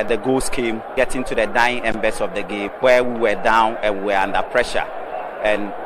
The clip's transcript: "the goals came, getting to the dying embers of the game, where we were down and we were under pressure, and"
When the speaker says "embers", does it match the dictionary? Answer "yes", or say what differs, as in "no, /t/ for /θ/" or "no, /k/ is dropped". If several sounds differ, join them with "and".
no, /s/ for /z/